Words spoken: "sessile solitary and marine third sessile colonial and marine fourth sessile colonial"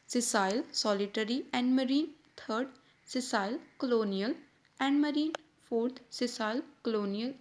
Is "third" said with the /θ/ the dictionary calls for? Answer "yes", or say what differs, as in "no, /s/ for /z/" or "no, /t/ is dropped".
no, /t/ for /θ/